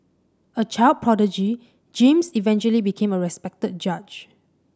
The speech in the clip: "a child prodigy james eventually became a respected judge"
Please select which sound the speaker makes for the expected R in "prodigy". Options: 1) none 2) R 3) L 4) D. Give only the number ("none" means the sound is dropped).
2